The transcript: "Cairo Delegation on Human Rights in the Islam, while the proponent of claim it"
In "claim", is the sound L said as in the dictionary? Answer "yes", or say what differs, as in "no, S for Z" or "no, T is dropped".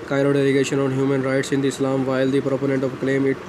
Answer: yes